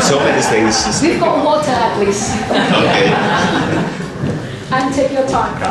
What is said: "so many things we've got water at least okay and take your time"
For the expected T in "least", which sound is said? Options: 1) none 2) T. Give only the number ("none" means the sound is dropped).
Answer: 1